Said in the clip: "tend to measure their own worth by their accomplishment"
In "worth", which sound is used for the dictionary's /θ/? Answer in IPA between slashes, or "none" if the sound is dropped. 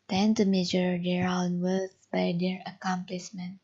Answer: /s/